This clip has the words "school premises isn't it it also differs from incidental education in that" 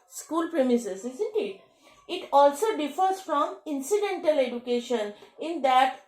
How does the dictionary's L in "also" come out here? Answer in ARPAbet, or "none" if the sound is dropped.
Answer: L